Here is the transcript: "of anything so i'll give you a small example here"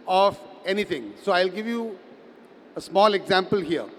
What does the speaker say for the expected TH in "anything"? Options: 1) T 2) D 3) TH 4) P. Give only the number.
1